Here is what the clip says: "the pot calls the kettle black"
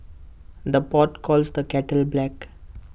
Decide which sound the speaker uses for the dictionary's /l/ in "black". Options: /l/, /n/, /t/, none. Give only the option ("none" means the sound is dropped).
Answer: /l/